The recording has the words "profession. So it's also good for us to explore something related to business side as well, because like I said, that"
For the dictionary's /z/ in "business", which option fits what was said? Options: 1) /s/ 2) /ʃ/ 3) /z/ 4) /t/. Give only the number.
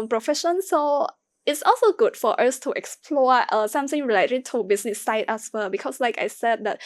1